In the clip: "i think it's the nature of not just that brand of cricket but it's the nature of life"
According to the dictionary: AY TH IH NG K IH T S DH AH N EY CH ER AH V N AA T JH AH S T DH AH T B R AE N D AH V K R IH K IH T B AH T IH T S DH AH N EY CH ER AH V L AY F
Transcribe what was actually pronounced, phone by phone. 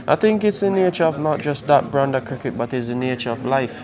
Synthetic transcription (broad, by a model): AY TH IH NG K IH T S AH N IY CH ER AH V N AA T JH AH S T DH AH T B R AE N D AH K R IH K IH T B AH T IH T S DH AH N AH CH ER AH V L AY F